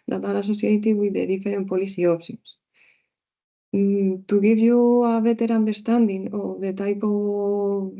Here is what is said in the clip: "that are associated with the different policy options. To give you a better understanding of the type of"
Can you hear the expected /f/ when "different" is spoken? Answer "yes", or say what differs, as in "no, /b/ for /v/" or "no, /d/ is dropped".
no, /f/ is dropped